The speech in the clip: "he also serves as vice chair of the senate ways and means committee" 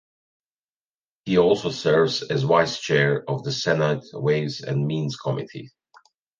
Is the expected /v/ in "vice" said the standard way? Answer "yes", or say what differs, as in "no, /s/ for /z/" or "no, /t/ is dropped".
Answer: no, /w/ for /v/